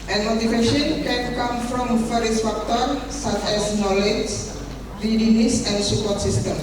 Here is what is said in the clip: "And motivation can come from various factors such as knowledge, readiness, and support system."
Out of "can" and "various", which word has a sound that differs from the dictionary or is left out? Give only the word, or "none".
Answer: various